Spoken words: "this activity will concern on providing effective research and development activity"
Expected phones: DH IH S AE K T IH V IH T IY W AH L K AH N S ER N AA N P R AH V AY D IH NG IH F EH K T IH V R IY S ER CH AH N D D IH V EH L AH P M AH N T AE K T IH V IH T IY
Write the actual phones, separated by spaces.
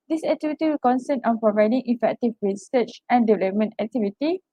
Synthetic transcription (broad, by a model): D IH S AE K T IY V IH T IY W AH L K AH N S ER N AA N P R AH V AY D IH NG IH F EH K T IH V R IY S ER CH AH N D D IH V EH L AH P M AH N T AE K T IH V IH T IY